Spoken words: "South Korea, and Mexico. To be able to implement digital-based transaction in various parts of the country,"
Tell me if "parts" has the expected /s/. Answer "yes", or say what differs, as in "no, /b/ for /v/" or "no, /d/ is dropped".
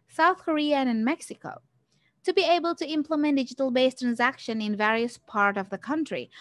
no, /s/ is dropped